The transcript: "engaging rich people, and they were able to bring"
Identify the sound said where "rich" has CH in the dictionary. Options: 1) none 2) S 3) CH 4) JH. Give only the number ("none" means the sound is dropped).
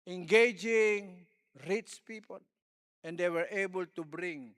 2